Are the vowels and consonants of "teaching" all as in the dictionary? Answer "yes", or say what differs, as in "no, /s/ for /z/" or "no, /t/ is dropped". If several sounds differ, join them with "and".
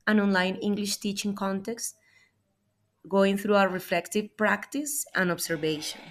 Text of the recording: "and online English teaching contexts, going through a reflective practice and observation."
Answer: yes